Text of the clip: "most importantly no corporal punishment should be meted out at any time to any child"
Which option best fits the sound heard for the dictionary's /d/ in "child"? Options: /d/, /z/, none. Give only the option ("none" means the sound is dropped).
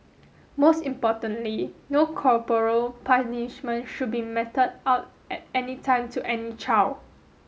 none